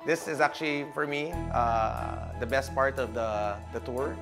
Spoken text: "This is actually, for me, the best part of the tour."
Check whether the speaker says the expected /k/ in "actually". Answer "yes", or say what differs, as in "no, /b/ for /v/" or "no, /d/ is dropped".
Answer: yes